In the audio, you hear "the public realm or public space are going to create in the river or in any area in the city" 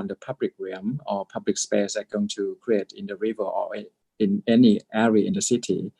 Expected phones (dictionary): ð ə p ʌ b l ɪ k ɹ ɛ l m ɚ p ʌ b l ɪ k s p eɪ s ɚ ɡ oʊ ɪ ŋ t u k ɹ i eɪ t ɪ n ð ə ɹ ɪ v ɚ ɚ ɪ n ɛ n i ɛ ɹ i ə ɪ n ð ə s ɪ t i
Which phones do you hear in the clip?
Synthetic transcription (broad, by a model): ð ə p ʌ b l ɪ k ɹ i m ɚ p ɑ b l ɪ k s p eɪ s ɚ ɡ oʊ ɪ ŋ t u k ɹ i eɪ t ɪ n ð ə ɹ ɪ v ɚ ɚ ɪ n ɛ n i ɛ ɹ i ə ɪ n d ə s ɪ t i